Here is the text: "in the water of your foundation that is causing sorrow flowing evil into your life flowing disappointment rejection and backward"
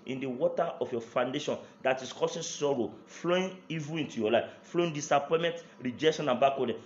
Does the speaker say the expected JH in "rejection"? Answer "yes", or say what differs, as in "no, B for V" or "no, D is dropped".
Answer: yes